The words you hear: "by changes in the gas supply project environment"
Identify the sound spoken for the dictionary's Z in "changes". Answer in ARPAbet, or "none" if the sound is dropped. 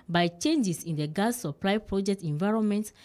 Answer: S